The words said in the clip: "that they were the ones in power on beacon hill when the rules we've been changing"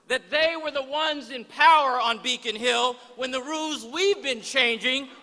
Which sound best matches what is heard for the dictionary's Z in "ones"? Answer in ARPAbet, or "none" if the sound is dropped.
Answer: Z